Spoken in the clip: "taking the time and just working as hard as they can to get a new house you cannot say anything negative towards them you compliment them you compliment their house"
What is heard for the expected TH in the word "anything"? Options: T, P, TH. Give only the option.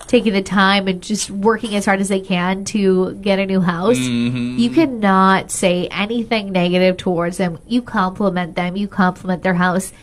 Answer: TH